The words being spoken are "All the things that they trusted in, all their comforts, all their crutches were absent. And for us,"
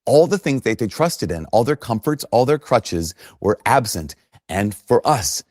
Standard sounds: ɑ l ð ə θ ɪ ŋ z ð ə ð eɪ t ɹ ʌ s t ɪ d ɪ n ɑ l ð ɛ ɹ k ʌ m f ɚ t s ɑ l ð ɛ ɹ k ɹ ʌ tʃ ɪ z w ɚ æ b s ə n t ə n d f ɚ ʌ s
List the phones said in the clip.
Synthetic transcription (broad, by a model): ɑ l ð ə θ ɪ ŋ z ð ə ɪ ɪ t ɹ ʌ s t ɪ d ɪ n ɑ l ð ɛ ɹ k ʌ m f ɚ t s ɑ l ð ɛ ɹ k ɹ ʌ tʃ ɪ z w ɚ æ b s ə n t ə n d f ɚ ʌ s